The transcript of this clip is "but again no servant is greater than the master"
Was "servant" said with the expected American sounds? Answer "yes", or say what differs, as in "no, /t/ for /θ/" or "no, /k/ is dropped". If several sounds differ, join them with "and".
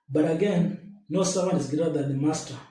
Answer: no, /w/ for /v/ and /t/ is dropped